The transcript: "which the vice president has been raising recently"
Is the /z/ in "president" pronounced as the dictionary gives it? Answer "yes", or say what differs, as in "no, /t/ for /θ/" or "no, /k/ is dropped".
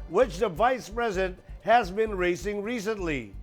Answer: yes